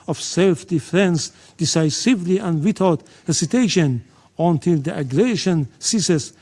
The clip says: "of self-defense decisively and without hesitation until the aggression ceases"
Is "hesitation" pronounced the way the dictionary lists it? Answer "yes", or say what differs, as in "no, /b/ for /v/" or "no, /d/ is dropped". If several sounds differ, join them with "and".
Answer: no, /s/ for /z/